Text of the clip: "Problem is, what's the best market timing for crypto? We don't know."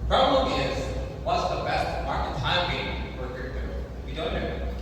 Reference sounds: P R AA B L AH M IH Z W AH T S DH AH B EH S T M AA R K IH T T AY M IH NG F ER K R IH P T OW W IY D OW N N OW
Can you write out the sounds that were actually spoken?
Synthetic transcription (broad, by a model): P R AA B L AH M IH Z W AH T S DH AH B EH S T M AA R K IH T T AY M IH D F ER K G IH T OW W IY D OW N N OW